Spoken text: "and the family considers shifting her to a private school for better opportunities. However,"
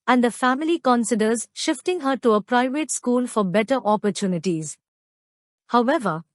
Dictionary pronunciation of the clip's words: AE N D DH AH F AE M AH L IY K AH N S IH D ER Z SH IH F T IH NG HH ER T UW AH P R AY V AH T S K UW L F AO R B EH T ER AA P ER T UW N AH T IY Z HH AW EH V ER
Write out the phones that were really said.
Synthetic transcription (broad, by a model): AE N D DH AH F AE M AH L IY K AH N S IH D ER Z SH IH F T IH NG HH ER T UW AH P R AY V AH T S K UW L F AO R B EH T ER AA P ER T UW N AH T IY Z HH AW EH V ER